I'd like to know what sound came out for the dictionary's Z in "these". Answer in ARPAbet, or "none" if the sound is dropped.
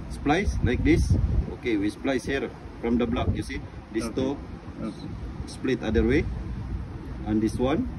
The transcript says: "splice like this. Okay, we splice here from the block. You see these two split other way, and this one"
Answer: S